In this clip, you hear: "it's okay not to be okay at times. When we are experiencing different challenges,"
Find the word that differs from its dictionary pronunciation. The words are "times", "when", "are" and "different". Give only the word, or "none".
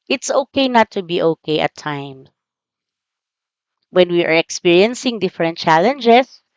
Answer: times